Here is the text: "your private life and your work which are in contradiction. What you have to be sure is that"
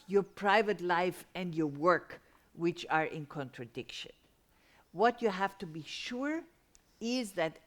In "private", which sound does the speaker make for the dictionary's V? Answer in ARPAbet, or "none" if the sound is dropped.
V